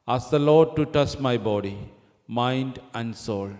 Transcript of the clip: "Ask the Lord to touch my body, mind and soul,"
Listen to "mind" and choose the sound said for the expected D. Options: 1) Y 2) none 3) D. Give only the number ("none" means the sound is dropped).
3